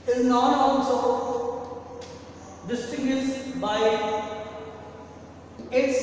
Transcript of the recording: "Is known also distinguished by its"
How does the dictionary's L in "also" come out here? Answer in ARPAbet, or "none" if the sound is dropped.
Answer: N